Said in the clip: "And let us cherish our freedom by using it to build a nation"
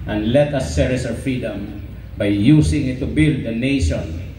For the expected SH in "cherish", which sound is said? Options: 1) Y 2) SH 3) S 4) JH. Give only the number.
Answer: 3